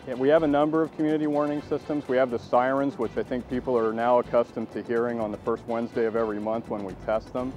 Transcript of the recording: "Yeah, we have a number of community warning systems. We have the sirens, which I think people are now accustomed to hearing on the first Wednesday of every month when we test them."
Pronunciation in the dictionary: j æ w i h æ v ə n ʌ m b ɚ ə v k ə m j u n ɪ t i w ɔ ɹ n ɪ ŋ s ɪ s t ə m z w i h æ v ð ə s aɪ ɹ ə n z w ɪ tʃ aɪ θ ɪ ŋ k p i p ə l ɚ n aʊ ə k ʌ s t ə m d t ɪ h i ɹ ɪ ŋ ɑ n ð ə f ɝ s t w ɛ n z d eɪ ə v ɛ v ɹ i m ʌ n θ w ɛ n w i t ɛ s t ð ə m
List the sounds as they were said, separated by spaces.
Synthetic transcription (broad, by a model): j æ w i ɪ v ə n ʌ m b ɚ ə v k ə m j u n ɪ t i w ɔ ɹ n ɪ ŋ s ɪ s t ə m z w i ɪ v ð ə s aɪ ɹ ə n z w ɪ tʃ aɪ θ ɪ ŋ k p i p l ɚ n aʊ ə k ʌ s t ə m t ɪ h i ɹ ɪ ŋ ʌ n ð ə f ɝ s t w ɛ n z d eɪ ə v ɛ v ɹ i m ʌ n θ w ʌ n w i t ɛ s t ð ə m